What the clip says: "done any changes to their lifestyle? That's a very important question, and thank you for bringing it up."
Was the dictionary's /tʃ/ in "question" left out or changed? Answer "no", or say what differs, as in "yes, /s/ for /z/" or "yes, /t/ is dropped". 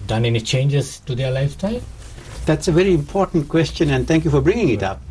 no